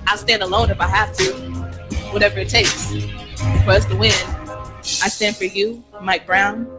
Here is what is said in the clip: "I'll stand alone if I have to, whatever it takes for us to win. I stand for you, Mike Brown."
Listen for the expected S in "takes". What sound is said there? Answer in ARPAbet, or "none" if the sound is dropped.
S